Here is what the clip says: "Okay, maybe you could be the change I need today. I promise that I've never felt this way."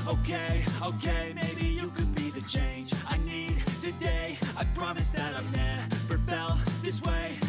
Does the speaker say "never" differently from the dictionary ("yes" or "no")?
yes